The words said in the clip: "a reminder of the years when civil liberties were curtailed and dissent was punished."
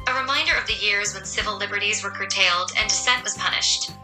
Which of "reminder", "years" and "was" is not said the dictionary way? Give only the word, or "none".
none